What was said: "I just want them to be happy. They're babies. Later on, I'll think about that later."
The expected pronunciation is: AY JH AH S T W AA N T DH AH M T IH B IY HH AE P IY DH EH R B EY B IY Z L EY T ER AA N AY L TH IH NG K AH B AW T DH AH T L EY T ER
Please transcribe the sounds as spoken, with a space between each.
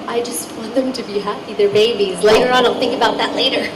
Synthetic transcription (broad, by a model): AY JH AH S T W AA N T DH AH M T IH B IY HH AE P IY DH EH R B EY B IY Z L EY T ER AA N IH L TH IH NG K AH B AW T DH AH T L EY T ER